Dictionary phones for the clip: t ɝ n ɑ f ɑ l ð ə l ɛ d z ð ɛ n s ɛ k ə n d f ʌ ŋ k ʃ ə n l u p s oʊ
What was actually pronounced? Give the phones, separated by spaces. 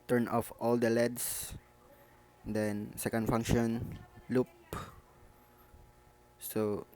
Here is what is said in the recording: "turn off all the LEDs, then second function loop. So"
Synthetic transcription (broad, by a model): t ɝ n ɑ f ɑ l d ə l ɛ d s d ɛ n s ɛ k ə n d f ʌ ŋ k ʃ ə n l u p s oʊ